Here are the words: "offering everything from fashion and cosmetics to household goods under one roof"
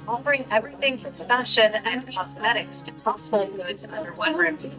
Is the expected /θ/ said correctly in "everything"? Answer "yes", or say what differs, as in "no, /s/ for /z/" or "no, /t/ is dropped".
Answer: yes